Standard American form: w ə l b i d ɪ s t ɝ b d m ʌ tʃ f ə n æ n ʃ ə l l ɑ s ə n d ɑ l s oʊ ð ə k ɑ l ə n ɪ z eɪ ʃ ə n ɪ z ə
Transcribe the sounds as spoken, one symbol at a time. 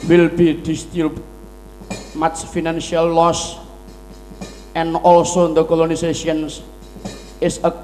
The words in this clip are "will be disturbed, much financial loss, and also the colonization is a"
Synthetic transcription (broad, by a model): w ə l b i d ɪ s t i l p m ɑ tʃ f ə n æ n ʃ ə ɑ l ɑ s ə n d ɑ l s oʊ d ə k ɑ l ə n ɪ s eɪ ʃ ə n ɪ s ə